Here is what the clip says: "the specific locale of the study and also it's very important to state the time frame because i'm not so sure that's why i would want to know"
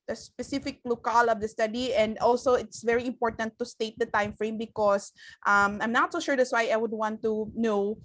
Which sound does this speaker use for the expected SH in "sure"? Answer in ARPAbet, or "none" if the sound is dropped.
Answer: SH